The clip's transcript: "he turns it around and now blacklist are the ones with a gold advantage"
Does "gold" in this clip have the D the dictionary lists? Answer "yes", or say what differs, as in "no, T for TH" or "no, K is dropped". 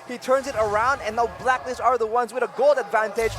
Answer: yes